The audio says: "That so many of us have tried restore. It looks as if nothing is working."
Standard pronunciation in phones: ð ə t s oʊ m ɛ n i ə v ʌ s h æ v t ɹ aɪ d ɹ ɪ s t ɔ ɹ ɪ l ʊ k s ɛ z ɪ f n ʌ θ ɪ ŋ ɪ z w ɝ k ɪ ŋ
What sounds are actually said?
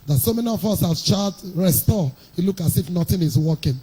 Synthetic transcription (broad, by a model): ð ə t s oʊ m ɛ n i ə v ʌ s h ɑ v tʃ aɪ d ɹ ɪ s t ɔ ɪ l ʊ k ɑ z ɪ f n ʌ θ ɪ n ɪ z w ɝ k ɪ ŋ